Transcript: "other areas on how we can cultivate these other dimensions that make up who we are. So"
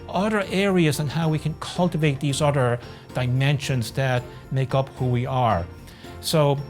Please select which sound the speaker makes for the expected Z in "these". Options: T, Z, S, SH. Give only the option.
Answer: Z